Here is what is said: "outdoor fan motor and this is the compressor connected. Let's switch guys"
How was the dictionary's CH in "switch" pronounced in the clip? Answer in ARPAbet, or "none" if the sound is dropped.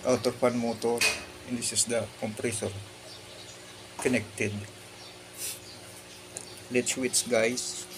S